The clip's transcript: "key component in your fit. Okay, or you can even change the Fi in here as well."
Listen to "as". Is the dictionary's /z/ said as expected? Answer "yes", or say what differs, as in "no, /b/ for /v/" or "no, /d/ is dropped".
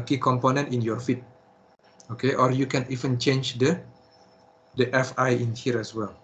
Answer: no, /s/ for /z/